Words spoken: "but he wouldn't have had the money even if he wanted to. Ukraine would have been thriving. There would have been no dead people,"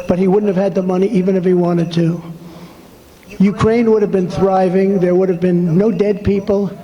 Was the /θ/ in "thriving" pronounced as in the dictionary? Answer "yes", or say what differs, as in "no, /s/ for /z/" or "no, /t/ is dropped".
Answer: yes